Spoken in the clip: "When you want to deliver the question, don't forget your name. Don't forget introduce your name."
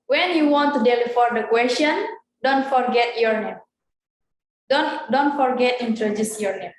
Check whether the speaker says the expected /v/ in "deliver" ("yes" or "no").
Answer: no